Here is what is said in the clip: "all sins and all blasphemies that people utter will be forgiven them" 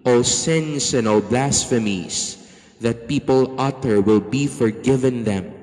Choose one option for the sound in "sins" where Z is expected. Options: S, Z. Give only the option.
S